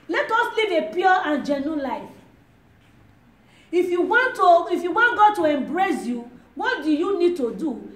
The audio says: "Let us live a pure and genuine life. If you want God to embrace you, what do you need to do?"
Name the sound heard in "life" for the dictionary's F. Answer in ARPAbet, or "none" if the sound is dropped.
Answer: none